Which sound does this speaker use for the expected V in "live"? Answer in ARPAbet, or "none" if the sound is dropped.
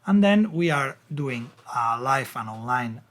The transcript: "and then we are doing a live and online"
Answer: F